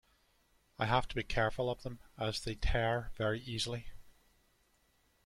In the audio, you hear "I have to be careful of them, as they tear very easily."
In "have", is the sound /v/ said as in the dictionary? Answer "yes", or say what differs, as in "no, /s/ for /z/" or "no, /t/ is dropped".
no, /f/ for /v/